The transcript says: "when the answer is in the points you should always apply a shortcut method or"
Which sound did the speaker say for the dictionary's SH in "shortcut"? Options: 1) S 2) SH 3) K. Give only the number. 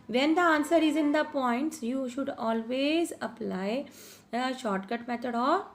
2